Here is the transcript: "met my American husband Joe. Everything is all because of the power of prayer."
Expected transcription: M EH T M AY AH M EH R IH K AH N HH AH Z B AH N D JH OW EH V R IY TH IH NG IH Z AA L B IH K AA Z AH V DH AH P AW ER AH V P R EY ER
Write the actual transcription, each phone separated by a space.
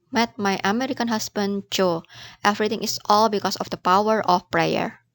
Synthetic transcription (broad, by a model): M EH T M AY AH M EH R IH K AH N HH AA S B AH N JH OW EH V R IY T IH NG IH S AA L B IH K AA S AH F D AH P AW ER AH F P R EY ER